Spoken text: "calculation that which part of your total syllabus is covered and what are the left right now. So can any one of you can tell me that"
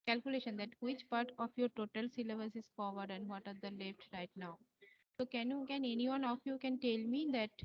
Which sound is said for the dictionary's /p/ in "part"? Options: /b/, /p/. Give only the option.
/p/